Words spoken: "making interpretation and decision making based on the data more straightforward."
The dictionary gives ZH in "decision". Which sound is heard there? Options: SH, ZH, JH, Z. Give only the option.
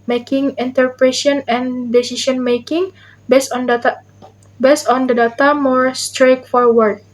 SH